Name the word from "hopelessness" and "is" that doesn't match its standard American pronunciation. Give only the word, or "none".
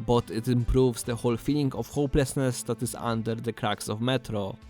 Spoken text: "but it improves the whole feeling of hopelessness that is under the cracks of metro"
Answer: is